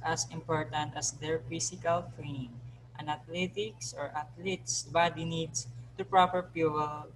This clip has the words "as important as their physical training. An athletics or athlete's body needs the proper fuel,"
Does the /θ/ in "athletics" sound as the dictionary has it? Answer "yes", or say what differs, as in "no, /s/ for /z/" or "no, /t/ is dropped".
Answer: no, /t/ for /θ/